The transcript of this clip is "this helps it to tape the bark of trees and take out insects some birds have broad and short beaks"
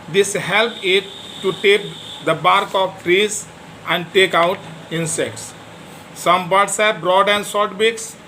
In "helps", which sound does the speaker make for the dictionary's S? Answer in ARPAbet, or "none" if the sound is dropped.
none